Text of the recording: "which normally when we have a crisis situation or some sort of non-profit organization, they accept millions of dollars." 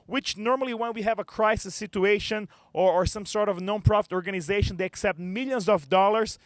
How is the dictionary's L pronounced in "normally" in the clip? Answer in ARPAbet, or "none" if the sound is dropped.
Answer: L